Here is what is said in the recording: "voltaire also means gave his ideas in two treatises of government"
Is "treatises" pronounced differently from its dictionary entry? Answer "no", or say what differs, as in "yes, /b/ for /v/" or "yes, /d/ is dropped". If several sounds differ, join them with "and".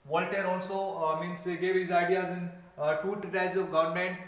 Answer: yes, /s/ is dropped